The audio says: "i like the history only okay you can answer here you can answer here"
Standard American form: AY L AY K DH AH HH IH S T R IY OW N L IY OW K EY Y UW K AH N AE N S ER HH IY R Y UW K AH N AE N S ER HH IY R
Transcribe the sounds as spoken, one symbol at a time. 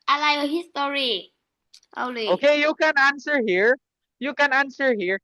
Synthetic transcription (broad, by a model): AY L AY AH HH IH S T R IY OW L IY OW K EY Y UW K AH N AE N S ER HH IY R Y UW K AH N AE N S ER HH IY R